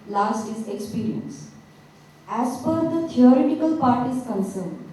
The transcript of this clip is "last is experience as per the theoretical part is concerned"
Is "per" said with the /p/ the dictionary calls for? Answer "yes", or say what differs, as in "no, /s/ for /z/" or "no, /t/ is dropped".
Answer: no, /f/ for /p/